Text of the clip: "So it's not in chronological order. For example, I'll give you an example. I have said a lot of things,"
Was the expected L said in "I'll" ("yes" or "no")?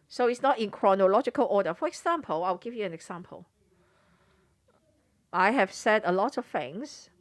no